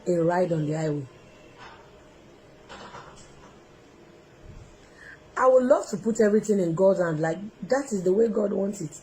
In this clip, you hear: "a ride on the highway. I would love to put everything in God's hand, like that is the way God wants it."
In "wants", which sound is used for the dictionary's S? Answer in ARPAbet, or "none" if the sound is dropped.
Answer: S